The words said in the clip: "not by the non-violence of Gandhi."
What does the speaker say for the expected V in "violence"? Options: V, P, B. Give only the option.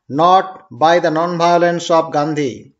B